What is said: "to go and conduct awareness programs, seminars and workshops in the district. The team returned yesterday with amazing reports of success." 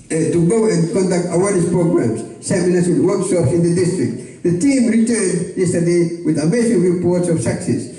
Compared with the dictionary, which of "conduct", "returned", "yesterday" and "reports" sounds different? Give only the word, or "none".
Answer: none